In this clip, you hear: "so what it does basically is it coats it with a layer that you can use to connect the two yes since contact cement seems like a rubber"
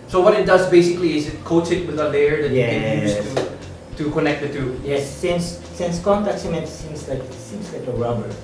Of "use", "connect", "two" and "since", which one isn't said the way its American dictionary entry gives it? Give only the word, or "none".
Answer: use